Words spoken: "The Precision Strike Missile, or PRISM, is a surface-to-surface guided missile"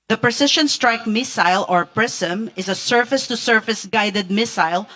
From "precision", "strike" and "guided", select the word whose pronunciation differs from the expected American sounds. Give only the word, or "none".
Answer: precision